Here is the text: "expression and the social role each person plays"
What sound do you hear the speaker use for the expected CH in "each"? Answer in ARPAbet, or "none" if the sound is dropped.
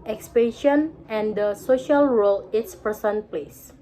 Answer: S